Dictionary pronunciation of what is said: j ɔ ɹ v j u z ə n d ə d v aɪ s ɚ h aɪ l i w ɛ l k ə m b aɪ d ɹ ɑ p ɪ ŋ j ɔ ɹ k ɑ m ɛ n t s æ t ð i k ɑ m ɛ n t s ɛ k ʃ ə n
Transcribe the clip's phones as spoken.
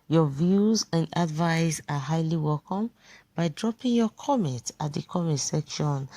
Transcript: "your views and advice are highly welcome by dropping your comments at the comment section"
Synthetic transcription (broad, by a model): j ɔ v j u z ə n d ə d v aɪ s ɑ h aɪ l i w ɛ l k ə m b aɪ d ɹ ɑ p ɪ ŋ j ɔ k ɑ m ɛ n t ɑ t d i k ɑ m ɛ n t s ɛ k ʃ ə n